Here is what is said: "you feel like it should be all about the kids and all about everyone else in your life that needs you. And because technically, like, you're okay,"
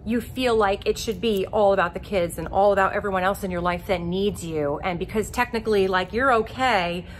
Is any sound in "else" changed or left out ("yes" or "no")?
no